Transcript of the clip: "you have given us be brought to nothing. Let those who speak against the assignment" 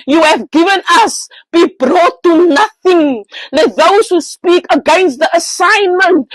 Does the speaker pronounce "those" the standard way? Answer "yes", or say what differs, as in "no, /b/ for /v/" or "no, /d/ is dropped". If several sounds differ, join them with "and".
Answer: no, /s/ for /z/